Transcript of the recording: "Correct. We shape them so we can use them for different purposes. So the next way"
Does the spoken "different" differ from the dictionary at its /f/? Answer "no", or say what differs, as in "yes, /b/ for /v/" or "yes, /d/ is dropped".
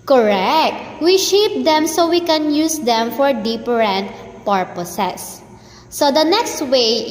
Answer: yes, /p/ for /f/